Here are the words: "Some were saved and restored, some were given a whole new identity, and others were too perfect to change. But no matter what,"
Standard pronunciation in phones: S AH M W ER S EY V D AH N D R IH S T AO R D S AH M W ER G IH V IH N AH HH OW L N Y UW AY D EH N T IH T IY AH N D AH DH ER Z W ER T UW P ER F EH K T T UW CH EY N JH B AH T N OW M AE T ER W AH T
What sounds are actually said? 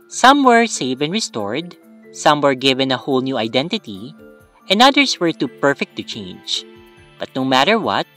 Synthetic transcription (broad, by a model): S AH M W ER S EY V AH N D R IH S T AO R D S AH M W ER G IH V IH N AH HH OW L N Y UW AY D EH N T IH T IY AH N D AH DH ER S W ER T UW P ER F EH K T T UW CH EY N JH B AH T N OW M AE T ER W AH T